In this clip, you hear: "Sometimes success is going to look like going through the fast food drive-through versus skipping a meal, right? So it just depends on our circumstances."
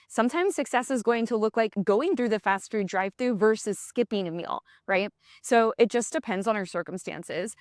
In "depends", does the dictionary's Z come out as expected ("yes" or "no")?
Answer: yes